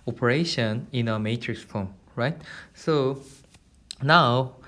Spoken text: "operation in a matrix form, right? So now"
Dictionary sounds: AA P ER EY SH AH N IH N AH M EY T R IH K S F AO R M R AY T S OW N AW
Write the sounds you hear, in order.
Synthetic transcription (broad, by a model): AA P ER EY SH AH N IH N AH M EY T R IH K S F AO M R AY T S OW N AW